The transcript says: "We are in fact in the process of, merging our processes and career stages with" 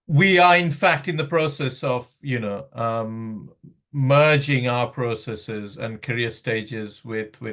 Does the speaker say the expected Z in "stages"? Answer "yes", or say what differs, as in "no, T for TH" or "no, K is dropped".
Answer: yes